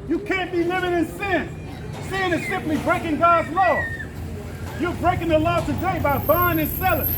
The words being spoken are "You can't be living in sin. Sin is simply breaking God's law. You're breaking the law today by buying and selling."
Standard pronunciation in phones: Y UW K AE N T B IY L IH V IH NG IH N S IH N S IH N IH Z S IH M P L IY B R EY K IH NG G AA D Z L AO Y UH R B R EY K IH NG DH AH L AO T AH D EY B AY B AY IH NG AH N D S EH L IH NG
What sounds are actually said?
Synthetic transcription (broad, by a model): Y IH K AE N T B IY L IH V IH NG IH N S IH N S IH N IH Z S IH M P L IY B R EY K IH NG G AA D Z L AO Y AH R B R EY K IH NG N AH L AO T AH D EY B AY B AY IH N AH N S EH L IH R